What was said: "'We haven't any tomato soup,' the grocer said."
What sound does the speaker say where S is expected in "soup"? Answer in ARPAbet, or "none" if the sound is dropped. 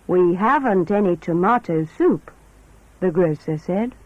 S